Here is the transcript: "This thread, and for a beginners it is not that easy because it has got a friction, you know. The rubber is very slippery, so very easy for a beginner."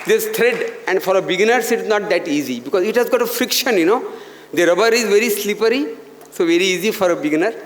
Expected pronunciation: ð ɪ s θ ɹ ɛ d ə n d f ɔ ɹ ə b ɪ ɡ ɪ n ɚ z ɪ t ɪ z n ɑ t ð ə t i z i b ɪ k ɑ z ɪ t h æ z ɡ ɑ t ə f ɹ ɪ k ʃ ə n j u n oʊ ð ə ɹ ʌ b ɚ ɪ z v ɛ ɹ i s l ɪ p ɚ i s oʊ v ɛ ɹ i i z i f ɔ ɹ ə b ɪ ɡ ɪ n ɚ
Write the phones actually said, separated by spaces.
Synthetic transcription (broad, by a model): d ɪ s t ɹ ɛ d ə n d f ɔ ɹ ə b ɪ ɡ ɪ n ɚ s ɪ t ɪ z n ɑ t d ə t i z i b ɪ k ɑ z ɪ t h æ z ɡ ɑ t ə f ɹ ɪ k ʃ ə n j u n oʊ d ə ɹ ʌ b ɚ ɪ z v ɛ ɹ i s l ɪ p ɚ i s oʊ v ɛ ɹ i i z i f ɔ ɹ ə b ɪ ɡ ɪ n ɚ